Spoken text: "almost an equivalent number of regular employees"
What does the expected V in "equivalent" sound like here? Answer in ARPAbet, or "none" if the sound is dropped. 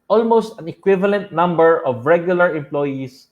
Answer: V